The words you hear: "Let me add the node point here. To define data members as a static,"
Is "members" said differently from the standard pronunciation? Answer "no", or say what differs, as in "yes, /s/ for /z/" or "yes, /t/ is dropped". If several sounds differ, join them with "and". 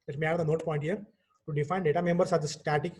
yes, /s/ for /z/